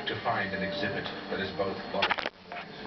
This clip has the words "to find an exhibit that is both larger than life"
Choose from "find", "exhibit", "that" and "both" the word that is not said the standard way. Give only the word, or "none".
none